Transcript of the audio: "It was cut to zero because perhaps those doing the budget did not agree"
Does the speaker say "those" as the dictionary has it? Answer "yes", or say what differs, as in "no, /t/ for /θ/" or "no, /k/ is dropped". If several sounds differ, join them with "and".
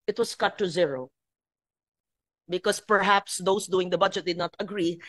no, /s/ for /z/